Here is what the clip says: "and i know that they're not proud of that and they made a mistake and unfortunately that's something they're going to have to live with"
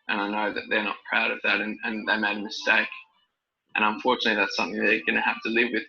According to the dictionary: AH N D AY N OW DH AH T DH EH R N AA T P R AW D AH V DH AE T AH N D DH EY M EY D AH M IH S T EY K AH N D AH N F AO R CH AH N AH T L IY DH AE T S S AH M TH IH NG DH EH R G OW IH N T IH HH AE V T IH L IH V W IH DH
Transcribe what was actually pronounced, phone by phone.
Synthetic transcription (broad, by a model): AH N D AY N OW DH AH T DH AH R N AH T P R AW D AH V DH AE T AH N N DH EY M EY D AH M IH S T EY K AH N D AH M F AO R CH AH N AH T L IY DH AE T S S AH M TH IH NG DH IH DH G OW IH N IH HH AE F T IH L IH V W IH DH